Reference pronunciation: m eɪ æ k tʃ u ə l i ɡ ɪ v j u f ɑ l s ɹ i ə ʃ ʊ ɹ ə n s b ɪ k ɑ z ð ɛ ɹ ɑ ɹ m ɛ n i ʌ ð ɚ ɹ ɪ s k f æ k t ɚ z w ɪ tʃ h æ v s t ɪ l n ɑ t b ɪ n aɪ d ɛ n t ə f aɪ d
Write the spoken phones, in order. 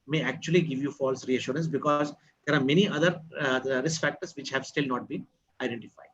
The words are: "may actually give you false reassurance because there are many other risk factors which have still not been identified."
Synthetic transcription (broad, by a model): m eɪ æ k tʃ u ə l i ɡ ɪ v j u f ɑ l s ɹ i ə ʃ ʊ ɹ ə n s b ɪ k ɑ z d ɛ ɹ ɑ ɹ m ɛ n i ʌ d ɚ ɹ ɪ s k f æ k t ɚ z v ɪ tʃ h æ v s t ɪ l n ɑ t b ɪ n aɪ d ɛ n t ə f aɪ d